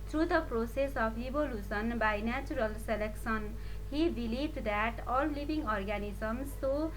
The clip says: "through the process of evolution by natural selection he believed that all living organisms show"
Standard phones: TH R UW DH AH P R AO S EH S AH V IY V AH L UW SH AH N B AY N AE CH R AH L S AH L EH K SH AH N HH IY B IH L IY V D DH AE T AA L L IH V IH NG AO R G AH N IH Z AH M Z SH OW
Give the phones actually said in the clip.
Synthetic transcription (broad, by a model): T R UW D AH P R AO S EH S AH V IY B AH L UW S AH N B AY N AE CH R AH L S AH L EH K S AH N HH IY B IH L IY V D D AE T AA L L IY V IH NG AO R G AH N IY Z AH M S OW